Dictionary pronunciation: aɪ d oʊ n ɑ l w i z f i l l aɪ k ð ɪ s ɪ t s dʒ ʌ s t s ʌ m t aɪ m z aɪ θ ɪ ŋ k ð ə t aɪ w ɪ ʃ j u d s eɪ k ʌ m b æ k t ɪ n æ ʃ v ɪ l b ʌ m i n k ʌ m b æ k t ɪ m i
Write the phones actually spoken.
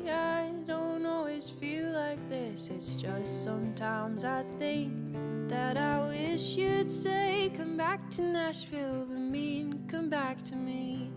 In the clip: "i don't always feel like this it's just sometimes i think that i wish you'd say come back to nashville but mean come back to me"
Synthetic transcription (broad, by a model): aɪ d oʊ n ɑ l w i z f i l l aɪ k ð ɪ s ɪ t s dʒ ʌ s t s ʌ m t aɪ m z aɪ θ ɪ ŋ k ð ə t aɪ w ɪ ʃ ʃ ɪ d s eɪ k ʌ m b æ k t ɪ n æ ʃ f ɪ l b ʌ m i n k ʌ m b æ k t ɪ m i